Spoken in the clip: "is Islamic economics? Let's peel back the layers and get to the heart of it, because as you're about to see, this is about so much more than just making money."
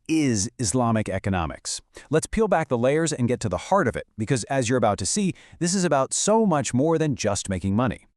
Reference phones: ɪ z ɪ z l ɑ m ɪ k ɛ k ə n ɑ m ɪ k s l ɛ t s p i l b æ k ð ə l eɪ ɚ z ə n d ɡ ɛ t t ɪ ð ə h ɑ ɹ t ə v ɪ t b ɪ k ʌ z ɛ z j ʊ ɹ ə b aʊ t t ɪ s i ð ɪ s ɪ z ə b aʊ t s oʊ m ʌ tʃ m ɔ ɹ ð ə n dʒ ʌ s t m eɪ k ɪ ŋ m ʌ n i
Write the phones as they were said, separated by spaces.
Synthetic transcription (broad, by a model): ɪ z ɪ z l ɑ m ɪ k ɛ k ə n ɑ m ɪ k s l ɛ t s p i l b æ k ð ə l eɪ ɚ z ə n ɡ ɛ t t ɪ ð ə h ɑ ɹ t ə v ɪ t b ɪ k ʌ z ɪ z j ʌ ɹ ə b aʊ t t ɪ s i ð ɪ s ɪ z ə b aʊ t s oʊ m ʌ tʃ m ɔ ɹ ð ə n dʒ ʌ s t m eɪ k ɪ ŋ m ʌ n i